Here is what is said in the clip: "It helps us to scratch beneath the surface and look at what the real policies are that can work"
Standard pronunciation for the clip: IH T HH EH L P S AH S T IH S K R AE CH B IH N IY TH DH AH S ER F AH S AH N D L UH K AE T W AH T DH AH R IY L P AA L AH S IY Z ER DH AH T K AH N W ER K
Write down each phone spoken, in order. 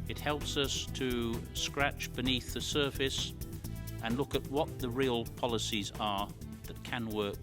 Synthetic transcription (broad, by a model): IH T HH EH L P S AH S T IH S K R AE CH B IH N IY TH DH AH S ER F AH S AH N L UH K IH T W AH T DH AH R IY L P AA L AH S IY Z ER DH AH T K AH N W ER K